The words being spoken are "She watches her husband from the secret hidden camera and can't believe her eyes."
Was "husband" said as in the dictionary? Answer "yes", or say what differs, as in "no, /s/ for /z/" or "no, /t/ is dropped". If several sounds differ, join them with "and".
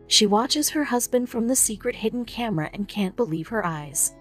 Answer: yes